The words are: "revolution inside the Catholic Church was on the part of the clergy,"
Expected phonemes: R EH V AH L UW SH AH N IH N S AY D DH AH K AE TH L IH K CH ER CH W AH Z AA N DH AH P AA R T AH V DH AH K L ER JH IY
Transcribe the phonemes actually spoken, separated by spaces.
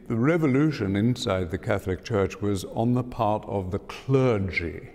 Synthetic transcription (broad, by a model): R EH V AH L UW SH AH N IH N S AY D DH AH K AE TH L IH K CH ER CH W AH Z N DH AH P AA R T AH V DH AH K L ER JH IY